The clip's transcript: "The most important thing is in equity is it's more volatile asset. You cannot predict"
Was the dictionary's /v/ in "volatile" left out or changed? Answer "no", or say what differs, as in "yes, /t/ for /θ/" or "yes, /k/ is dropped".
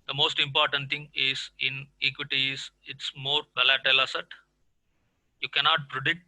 yes, /b/ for /v/